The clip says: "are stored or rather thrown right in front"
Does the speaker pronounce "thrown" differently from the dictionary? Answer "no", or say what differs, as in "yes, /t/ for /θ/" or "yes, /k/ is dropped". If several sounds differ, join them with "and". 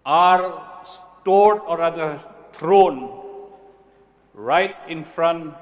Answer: yes, /t/ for /θ/